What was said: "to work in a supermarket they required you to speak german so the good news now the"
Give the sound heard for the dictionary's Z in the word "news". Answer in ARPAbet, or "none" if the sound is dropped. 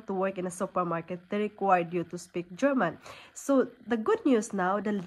S